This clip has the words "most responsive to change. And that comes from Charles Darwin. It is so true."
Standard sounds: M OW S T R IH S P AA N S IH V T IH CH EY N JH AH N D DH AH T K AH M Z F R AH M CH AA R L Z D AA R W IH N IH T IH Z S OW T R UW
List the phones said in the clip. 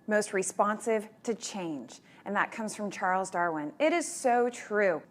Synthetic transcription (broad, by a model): M OW S T R IH S P AA N S IH V T IH CH EY N JH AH N DH AH T K AH M Z F R AH M CH AA R L Z D AA R W IH N IH T IH Z S OW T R UW